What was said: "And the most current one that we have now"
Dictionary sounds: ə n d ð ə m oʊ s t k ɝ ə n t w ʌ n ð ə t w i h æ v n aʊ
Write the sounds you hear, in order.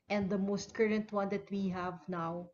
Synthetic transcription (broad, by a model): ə n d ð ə m oʊ s t k ɝ ə n t w ʌ n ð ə t w i h æ v n aʊ